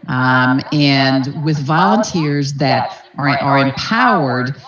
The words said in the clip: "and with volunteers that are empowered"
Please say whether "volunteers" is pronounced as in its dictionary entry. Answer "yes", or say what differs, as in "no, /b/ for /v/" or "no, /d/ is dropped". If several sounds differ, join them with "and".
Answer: yes